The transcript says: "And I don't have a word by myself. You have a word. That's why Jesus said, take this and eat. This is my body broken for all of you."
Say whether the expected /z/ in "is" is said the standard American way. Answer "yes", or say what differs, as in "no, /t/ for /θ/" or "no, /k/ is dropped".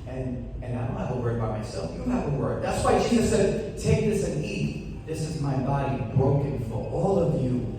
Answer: yes